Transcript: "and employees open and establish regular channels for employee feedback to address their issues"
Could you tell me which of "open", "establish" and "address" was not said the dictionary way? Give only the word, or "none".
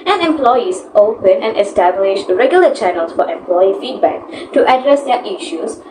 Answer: none